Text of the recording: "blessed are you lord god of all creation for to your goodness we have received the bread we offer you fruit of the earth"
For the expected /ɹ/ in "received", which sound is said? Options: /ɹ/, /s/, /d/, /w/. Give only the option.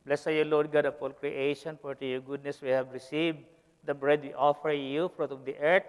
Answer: /ɹ/